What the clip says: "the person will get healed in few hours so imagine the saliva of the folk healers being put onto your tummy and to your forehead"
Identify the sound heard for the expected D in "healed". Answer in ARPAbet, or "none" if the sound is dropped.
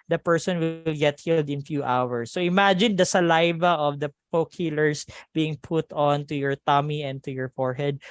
D